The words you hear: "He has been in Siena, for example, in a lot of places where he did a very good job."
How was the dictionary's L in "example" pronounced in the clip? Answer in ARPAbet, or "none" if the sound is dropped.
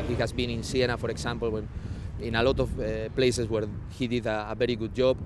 N